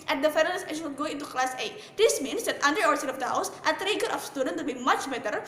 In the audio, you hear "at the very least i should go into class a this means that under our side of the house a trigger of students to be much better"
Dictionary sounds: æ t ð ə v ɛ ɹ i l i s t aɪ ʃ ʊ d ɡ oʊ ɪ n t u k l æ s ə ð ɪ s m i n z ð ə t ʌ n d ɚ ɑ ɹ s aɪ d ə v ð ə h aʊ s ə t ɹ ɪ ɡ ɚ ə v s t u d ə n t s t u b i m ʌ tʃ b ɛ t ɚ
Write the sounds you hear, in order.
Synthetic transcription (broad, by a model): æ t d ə f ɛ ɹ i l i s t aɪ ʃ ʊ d ɡ oʊ ɪ n t u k l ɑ s ə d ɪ s m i n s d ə t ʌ n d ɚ ɑ ɹ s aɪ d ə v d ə h aʊ s ə t ɹ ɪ ɡ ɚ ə f s t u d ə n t t u b i m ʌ tʃ b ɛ t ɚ